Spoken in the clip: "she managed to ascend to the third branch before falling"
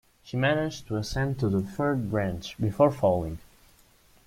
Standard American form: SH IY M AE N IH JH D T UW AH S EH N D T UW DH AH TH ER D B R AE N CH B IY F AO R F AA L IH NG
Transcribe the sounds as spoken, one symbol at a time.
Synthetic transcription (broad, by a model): SH IY M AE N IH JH T UW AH S EH N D T UW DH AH F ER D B R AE N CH B IY F AO R F AA L IH NG